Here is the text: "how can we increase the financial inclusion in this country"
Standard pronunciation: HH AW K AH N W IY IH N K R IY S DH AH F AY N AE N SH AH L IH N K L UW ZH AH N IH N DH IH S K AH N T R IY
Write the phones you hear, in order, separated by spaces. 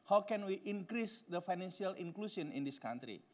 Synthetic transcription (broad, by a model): HH AW K AH N W IY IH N K R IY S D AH F AY N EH N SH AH L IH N K L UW S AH N IH N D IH S K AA N T R IY